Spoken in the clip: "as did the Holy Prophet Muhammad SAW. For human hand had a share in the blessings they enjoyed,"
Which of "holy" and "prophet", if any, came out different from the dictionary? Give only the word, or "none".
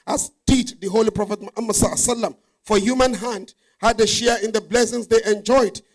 none